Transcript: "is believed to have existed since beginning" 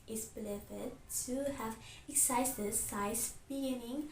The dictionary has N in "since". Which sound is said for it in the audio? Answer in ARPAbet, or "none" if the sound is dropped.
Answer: none